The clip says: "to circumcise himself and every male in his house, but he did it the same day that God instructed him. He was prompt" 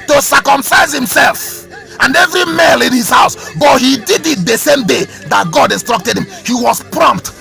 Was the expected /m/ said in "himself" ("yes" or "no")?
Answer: yes